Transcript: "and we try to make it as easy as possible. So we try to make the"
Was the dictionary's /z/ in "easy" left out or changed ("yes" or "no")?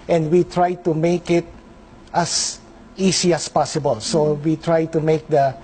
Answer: yes